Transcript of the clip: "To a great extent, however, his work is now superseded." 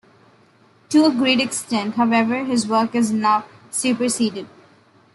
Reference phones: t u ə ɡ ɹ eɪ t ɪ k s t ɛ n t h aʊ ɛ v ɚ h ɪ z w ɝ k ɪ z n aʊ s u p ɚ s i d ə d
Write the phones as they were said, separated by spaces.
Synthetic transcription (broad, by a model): t u ə ɡ ɹ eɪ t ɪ k s t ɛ n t h aʊ ɛ v ɚ h ɪ z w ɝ k ɪ z n aʊ s u p ɚ s i d ə d